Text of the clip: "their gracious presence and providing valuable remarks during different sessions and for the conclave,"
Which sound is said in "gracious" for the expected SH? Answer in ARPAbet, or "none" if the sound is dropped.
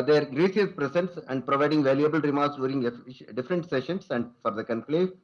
S